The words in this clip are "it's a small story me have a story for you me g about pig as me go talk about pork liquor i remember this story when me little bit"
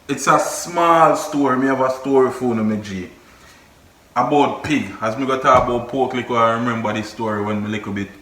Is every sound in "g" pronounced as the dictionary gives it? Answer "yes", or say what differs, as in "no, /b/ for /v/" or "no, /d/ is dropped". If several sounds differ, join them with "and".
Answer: yes